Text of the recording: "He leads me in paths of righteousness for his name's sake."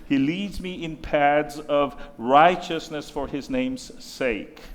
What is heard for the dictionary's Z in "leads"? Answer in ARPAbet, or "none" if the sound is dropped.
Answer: Z